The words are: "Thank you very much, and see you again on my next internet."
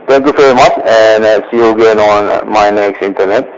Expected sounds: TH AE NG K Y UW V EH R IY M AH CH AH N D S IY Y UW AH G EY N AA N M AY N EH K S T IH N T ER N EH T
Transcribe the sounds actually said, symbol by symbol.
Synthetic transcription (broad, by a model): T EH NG K Y UW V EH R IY M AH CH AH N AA S IY Y UW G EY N AA N M AY N EH K S T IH N T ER N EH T